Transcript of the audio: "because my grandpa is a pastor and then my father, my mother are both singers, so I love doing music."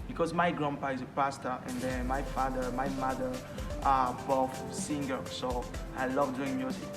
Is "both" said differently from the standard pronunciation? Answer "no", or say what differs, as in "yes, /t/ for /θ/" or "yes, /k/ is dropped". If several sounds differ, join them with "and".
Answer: yes, /f/ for /θ/